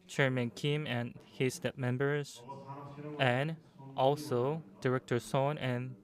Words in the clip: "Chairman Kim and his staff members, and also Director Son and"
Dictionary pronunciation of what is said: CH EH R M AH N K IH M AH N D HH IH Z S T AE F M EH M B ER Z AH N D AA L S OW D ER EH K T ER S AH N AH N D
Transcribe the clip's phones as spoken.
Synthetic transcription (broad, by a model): CH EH R M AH N K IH M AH N HH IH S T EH P M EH M B ER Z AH N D AA L S OW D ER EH K T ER S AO N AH N